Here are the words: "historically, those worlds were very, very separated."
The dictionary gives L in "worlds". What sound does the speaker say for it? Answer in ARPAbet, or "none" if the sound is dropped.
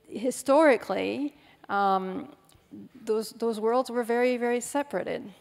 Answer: L